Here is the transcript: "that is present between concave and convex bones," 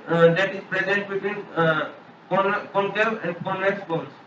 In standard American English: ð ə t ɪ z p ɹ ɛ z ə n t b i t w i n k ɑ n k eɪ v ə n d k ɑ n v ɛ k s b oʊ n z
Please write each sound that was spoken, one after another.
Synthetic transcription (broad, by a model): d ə t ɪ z p ɹ ɛ z ə n t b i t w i n k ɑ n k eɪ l ə n d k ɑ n ɛ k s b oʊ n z